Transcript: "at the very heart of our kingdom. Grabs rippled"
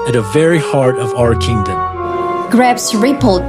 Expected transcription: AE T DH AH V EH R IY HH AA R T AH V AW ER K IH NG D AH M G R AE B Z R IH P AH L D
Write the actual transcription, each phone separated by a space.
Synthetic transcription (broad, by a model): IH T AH V EH R IY HH AA R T AH V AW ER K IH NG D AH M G R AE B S R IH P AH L